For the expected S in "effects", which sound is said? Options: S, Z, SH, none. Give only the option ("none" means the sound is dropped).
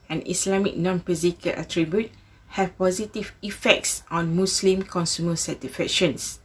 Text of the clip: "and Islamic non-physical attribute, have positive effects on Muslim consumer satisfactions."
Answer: S